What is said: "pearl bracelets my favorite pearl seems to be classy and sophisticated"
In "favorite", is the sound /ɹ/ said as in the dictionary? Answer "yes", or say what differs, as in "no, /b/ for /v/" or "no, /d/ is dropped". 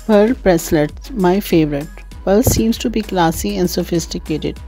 yes